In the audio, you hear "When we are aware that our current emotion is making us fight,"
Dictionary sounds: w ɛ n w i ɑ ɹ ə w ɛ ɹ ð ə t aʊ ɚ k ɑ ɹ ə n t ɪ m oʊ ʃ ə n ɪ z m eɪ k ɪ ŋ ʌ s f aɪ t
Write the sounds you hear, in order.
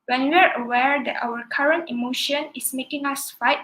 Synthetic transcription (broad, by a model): w ɛ n w i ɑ ɹ ə w ɛ ɹ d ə t aʊ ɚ k ɑ ɹ ə n t ɪ m oʊ ʃ ə n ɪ s m eɪ k ɪ ŋ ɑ s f aɪ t